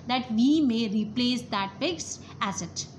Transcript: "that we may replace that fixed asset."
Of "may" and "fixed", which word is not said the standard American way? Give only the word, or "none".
fixed